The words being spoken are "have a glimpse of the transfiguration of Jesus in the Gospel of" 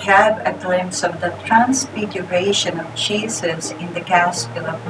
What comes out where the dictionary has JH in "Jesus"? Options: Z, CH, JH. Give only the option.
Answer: CH